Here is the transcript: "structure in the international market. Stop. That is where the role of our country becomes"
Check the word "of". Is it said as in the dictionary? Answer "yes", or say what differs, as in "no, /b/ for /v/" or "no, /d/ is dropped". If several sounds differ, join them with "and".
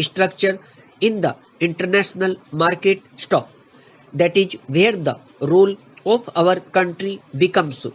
no, /p/ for /v/